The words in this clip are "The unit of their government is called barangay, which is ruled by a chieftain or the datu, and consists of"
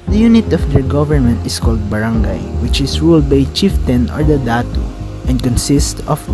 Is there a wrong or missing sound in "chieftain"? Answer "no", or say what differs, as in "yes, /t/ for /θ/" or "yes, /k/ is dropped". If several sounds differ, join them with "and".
no